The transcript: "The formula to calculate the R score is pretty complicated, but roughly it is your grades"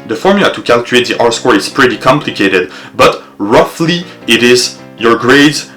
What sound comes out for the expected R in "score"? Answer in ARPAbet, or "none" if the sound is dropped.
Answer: R